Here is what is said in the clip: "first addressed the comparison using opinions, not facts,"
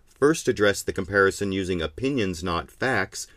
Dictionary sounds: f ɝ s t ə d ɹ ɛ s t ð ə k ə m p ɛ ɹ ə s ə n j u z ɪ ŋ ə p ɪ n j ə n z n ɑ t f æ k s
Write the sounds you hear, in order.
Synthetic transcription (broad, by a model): f ɝ s t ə d ɹ ɛ s ð ə k ə m p ɛ ɹ ə s ə n j u z ɪ ŋ ə p ɪ n j ə n z n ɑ t f æ k s